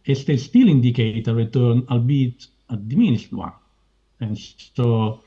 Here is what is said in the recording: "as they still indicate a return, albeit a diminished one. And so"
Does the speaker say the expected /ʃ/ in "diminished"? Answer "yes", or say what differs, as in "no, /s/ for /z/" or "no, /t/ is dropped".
no, /s/ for /ʃ/